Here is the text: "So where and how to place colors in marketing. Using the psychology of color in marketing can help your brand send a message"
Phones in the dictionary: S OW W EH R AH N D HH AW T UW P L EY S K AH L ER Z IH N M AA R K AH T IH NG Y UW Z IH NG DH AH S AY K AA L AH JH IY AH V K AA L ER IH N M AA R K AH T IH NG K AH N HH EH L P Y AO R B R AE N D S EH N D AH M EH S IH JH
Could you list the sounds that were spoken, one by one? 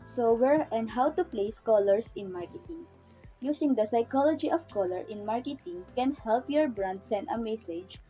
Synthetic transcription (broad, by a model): S OW W EH R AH N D HH AW T UW P L EY S K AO L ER S IH N M AA R K AH T IH NG Y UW S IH NG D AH S AY K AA L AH JH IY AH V K AA L ER IH N M AA R K AH T IH NG K AH N HH EH L P Y AO R B R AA N D S EH N D AH M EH S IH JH